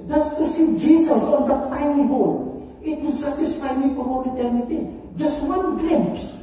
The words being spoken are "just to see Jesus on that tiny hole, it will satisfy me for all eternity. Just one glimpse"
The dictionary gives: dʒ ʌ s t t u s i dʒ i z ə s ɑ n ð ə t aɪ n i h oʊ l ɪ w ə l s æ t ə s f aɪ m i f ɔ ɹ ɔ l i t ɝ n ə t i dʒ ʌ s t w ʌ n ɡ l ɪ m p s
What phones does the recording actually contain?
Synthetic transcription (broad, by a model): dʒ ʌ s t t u s i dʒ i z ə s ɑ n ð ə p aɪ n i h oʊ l ɪ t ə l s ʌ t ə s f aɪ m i p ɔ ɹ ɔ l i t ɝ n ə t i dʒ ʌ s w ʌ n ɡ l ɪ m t